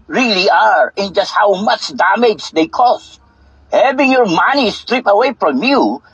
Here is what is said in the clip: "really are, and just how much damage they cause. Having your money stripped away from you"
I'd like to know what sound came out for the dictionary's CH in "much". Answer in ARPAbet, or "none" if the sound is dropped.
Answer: CH